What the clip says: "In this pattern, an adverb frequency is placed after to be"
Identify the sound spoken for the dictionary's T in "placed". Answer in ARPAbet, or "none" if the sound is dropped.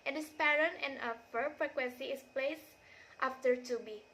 T